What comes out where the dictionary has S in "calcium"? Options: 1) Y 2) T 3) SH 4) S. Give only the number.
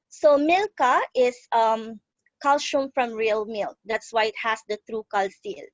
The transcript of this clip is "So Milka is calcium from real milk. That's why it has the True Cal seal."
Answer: 3